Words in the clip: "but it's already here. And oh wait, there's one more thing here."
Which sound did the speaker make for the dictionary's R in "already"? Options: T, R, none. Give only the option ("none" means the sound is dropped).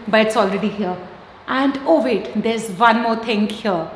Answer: R